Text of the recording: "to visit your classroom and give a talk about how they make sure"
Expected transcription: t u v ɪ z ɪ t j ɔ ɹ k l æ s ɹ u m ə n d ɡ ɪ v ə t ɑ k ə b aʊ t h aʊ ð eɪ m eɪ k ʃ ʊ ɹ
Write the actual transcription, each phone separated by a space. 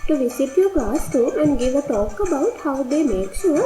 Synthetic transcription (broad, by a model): t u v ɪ s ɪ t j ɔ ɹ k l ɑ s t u ə n d ɡ ɪ v ə t ɑ k ə b aʊ t h aʊ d eɪ m eɪ k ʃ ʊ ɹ